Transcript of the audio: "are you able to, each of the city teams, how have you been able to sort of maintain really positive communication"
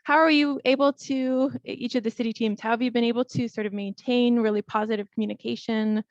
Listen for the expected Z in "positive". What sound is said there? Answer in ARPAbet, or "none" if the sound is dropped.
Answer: Z